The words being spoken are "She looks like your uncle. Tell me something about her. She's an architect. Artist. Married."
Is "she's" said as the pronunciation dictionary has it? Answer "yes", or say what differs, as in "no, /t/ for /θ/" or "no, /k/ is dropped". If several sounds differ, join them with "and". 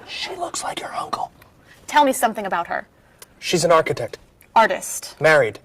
yes